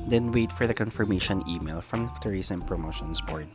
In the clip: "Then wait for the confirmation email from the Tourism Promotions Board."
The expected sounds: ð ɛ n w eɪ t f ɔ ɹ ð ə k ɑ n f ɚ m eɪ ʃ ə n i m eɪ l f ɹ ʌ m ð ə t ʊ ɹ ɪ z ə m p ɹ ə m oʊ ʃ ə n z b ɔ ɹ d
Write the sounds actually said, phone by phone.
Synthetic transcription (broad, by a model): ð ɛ n w eɪ t f ɔ ɹ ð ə k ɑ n f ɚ m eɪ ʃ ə n i m eɪ l f ɹ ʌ m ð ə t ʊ ɹ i s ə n p ɹ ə m oʊ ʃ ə n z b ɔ ɹ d